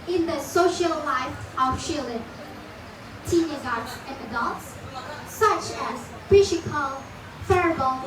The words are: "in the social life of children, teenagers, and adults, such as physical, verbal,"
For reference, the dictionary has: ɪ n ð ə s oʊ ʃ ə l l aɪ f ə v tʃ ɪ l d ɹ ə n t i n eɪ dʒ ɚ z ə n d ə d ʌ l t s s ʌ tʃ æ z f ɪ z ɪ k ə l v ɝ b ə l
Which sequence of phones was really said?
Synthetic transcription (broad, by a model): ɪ n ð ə s oʊ ʃ ə l l aɪ f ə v ʃ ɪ l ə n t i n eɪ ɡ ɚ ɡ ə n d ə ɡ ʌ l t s s ʌ tʃ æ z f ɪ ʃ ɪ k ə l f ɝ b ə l